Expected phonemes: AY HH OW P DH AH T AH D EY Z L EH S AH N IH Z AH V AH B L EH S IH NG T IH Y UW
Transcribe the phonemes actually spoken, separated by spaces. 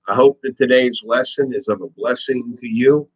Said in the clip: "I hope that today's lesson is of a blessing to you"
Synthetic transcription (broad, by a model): AY HH OW P DH AH T AH D EY Z L EH S AH N IH Z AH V AH B L EH S IH NG T IH Y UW